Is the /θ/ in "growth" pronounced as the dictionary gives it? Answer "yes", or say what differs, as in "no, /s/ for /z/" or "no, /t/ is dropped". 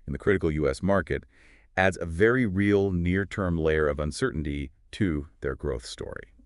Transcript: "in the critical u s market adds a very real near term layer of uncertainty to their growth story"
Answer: yes